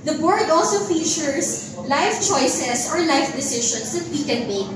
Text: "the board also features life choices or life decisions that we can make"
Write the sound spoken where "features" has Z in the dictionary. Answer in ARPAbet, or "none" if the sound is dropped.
S